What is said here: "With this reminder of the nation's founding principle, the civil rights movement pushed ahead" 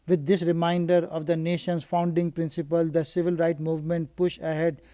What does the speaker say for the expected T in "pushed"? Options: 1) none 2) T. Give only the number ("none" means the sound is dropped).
1